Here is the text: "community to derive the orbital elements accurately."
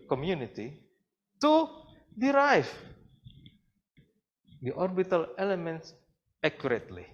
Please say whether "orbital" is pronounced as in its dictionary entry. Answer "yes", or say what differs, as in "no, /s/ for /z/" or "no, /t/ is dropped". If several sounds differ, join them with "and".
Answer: yes